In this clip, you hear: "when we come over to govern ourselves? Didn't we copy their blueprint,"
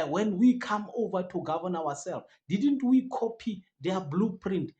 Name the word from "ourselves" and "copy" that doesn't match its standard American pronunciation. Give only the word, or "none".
ourselves